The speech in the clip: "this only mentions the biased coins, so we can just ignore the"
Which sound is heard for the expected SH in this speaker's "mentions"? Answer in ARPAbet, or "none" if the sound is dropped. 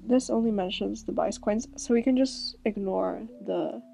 SH